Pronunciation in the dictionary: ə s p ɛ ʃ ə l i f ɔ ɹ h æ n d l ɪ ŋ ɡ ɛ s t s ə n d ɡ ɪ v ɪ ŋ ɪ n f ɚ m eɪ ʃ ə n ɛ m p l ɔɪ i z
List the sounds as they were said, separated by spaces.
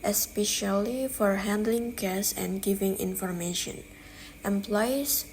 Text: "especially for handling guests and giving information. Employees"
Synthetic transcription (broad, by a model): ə s p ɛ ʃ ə l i f ɔ ɹ h æ n d l ɪ ŋ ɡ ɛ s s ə n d ɡ ɪ v ɪ ŋ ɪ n f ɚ m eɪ ʃ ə n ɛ m p l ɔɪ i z